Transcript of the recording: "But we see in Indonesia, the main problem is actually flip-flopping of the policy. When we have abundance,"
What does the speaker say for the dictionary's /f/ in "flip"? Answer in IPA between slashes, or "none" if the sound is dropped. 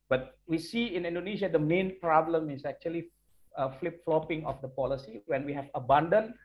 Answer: /f/